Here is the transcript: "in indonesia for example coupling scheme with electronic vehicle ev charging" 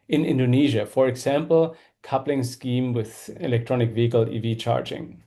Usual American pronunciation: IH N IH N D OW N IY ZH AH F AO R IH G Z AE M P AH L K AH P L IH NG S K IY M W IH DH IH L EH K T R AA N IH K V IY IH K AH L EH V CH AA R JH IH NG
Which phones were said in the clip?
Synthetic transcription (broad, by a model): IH N IH N D OW N IY ZH AH F AO R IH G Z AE M P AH L K AH P L IH NG S K IY M W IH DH IH L EH K T R AA N IH K V IY IH K AH L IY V CH AA R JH IH NG